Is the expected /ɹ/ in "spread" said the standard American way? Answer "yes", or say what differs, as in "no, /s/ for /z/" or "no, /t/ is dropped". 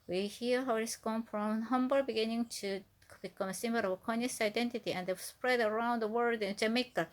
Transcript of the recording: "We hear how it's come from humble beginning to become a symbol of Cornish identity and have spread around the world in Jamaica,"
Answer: yes